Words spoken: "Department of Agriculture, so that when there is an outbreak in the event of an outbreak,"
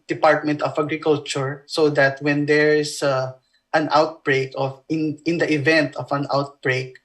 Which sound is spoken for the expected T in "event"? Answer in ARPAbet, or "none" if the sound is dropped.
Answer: T